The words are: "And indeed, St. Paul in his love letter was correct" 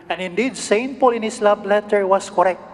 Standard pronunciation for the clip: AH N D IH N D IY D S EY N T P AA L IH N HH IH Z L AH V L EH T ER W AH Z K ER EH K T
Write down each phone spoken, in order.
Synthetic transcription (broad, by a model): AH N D IH N D IY D S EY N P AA L IH N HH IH S L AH B L EH T ER W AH S K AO EH K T